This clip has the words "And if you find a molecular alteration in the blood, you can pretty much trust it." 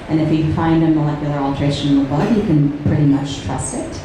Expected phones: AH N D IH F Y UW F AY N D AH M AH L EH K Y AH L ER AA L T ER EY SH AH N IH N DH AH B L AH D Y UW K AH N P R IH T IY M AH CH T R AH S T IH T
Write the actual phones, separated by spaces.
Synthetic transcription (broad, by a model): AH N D IH F Y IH F AY N D AH M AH L EH K Y L ER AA L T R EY AH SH IH N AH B AH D Y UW K AH N P R IH T IY M AH CH T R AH S IH T